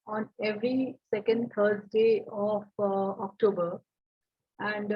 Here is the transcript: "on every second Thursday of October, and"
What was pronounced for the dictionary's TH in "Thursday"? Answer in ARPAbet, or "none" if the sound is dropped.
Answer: T